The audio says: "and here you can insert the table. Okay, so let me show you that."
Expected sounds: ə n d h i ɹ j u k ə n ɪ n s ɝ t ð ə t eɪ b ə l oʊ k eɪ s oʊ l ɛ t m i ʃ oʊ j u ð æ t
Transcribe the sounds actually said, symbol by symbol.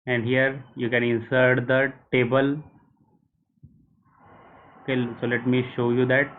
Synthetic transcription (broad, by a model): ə n d h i ɹ j u k ə n ɪ n s ɝ t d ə t eɪ b ə l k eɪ s oʊ l ɛ t m i ʃ oʊ j u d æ t